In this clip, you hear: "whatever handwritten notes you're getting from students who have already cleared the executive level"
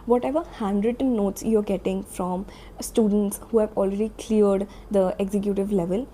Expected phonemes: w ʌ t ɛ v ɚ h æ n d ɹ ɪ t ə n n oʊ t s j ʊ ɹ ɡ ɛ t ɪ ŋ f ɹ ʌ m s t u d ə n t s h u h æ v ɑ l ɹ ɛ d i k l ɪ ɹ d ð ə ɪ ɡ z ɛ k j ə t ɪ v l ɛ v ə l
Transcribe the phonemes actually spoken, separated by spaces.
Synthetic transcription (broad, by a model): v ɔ t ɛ v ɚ h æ n d ɹ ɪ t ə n n oʊ t s j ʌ ɹ ɡ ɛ t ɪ ŋ f ɹ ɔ m s t u d ə n t s h u h æ v ɑ l ɹ ɛ d i k l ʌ ɹ d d ə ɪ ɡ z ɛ k j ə t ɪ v l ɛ v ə l